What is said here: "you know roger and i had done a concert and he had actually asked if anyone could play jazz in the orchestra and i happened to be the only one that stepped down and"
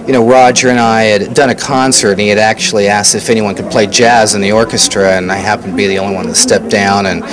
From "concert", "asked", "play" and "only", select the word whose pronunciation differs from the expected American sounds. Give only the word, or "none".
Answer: only